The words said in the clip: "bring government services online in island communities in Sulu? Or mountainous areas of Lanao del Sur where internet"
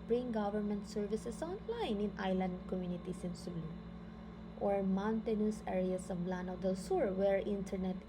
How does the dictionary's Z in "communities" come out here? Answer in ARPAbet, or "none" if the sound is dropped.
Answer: S